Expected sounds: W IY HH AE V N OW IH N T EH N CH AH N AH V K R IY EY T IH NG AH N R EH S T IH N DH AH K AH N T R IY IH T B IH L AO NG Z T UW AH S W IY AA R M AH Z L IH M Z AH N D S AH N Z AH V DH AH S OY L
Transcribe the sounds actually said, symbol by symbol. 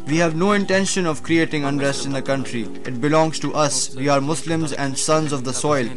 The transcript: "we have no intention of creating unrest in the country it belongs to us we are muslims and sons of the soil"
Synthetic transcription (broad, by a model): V IY HH AE V N OW IH N T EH N SH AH N AH V K R IY EY T IH NG AH N R EH S T IH N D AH K AH N T R IY IH T B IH L AO NG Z T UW AH S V IY AA R M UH S L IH M Z AH N D S AH N Z AH V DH AH S OY L